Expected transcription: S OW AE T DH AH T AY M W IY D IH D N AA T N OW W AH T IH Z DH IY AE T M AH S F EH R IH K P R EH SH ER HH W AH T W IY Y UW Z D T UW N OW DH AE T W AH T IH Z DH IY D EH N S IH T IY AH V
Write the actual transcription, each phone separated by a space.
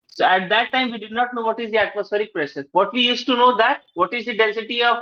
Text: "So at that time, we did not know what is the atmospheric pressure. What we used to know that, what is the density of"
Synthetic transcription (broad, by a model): S OW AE T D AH T AY M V IY D IH D N AA T N OW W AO T IH Z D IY AE T M AH S F EH R IH K P R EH S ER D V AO T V IY Y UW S T UW N OW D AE T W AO T IH Z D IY D EH N S IH T IY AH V